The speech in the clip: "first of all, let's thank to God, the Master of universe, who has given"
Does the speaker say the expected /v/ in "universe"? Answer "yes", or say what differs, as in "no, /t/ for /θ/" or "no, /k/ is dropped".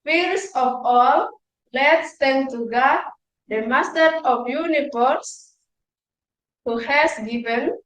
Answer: no, /f/ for /v/